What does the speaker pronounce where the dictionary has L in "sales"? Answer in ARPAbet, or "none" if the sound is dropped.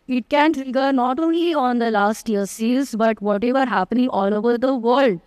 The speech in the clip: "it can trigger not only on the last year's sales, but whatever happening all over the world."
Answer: none